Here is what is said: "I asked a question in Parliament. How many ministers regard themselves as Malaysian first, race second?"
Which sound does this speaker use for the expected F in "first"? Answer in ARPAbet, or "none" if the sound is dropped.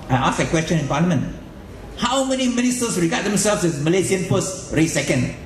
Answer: P